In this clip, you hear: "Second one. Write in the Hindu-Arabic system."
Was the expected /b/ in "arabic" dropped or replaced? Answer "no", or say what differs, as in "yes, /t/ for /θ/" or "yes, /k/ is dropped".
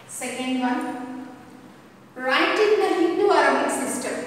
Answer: yes, /b/ is dropped